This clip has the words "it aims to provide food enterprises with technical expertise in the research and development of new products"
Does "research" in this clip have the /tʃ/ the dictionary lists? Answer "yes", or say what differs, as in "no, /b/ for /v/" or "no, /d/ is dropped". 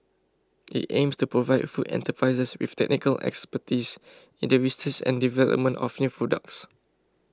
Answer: no, /s/ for /tʃ/